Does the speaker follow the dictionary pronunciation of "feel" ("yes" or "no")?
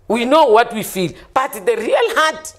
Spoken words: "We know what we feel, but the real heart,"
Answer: yes